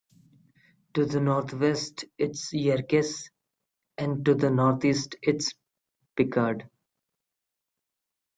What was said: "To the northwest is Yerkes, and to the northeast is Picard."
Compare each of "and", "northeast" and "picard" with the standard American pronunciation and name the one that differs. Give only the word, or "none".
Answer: northeast